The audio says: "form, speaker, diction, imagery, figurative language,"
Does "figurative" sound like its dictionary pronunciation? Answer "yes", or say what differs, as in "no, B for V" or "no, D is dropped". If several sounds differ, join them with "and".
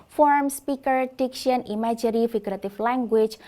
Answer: no, F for V